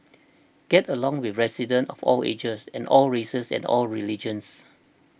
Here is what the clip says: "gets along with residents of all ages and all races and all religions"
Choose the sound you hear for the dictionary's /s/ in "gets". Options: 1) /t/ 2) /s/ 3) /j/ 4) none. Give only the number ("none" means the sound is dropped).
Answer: 4